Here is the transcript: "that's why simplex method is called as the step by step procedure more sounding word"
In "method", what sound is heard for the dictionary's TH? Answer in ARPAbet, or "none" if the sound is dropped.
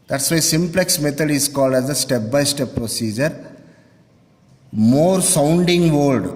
T